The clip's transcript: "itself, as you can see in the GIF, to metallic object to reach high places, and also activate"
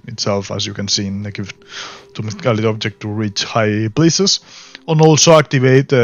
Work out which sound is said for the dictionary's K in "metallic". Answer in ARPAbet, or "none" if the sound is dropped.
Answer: none